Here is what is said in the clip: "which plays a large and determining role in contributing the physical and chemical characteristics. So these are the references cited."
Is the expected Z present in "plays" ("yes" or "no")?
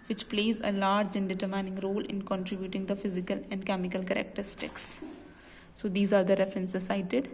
yes